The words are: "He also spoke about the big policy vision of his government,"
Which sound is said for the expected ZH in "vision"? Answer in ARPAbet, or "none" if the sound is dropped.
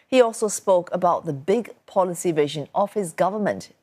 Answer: ZH